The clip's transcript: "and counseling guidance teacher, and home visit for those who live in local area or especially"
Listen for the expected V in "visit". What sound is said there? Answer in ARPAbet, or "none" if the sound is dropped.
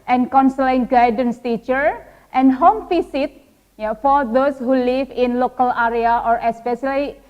F